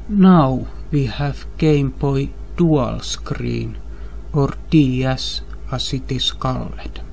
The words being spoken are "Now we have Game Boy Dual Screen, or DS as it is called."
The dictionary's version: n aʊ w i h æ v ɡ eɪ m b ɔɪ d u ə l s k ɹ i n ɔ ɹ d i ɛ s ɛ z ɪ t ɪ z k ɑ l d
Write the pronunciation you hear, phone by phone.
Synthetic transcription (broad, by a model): n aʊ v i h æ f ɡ eɪ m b ɔɪ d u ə l s k ɹ i n ɔ ɹ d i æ s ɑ s ɪ t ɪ s k ɑ l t